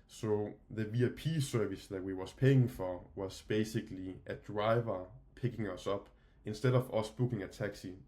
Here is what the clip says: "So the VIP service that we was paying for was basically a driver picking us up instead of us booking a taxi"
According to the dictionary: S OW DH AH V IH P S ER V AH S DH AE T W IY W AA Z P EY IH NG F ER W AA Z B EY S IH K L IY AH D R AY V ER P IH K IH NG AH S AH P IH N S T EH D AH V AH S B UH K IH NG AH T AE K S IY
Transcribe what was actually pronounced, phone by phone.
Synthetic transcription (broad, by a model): S OW DH AH V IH P S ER V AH S DH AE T W IY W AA S P EY IH NG F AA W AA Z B EY S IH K L IY AH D R AY V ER P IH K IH NG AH S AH B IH N S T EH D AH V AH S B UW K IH NG AH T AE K S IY